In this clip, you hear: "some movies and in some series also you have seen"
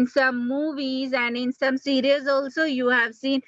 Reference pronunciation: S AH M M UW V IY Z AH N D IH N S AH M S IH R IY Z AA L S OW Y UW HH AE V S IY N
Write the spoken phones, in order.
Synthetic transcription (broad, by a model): S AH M M UW V IY Z AH N D IH N S AH M S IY R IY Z AA L S OW Y UW HH AE V S IY N